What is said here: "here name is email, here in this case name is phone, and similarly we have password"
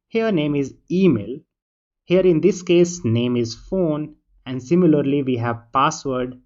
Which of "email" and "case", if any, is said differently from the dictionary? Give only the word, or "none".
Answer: none